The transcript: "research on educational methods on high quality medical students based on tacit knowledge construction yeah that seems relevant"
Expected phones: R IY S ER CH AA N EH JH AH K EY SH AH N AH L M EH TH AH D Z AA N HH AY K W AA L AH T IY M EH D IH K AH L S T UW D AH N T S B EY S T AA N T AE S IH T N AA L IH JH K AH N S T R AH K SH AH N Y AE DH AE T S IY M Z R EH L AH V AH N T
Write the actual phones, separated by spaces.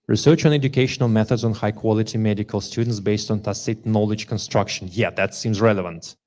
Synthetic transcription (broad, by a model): R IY S ER CH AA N EH JH AH K EY SH AH N AH L M EH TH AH D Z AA N HH AY K W AA L AH T IY M EH D IH K AH L S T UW D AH N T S B EY S T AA N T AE S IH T N AA L IH JH K AH N S T R AH K SH AH N Y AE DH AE T S IY M Z R EH L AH V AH N T